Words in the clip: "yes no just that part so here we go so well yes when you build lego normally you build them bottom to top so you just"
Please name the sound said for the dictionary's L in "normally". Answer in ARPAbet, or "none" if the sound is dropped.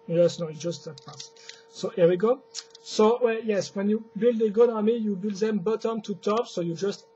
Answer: none